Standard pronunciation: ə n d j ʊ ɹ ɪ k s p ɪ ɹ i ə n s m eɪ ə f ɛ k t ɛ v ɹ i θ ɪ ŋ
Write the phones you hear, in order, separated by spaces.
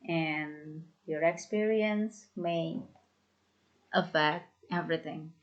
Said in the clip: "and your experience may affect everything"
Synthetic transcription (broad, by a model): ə n j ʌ ɹ ɪ k s p ɪ ɹ i ə n s m eɪ ə f ɛ k t ɛ v ɹ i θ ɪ ŋ